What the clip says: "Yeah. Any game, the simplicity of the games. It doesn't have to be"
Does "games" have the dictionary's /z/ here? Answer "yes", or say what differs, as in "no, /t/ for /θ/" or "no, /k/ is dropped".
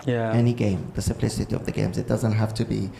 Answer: yes